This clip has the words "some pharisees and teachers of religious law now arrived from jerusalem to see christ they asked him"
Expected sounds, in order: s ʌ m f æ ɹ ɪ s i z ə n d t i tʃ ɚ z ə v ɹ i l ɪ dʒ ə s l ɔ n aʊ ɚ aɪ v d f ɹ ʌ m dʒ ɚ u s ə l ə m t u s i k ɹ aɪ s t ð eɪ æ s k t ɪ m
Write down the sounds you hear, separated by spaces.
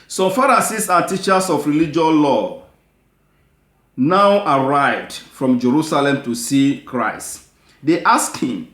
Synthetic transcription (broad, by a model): s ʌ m f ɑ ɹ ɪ s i s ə t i tʃ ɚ s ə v ɹ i l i dʒ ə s l ɔ n aʊ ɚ aɪ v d f ɹ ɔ m dʒ ɚ u s ə l ə m t u s i k ɹ aɪ s t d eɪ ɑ s k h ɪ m